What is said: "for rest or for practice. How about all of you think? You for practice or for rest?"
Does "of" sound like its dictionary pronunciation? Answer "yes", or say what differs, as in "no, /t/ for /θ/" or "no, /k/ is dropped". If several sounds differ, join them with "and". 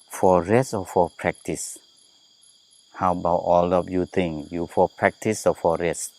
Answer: no, /p/ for /v/